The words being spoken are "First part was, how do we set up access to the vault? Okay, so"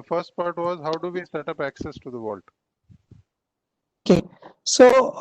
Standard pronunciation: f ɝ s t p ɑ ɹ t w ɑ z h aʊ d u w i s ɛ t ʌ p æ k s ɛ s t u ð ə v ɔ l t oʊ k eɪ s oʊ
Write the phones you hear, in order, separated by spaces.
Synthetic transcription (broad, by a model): f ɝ s t p ɑ ɹ t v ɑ z h aʊ d u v i s ɛ t ʌ p æ k s ɛ s t u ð ə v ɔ l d oʊ k eɪ s oʊ